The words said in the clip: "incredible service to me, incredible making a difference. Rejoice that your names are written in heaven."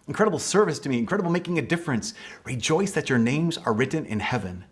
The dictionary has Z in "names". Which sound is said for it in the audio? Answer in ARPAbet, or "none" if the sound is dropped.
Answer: Z